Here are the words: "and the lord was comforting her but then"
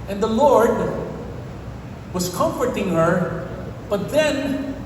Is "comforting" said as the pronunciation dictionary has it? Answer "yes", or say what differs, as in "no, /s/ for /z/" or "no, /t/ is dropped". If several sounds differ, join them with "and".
yes